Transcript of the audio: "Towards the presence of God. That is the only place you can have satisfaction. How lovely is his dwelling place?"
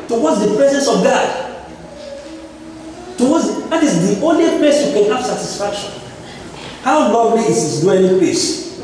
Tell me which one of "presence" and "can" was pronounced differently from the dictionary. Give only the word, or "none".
none